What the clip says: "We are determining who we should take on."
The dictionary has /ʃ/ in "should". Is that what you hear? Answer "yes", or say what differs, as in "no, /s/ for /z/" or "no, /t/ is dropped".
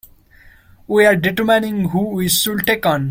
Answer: no, /s/ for /ʃ/